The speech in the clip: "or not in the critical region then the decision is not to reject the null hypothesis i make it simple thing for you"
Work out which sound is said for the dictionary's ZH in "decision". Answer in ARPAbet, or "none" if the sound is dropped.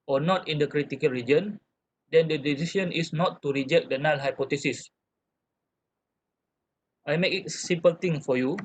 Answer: S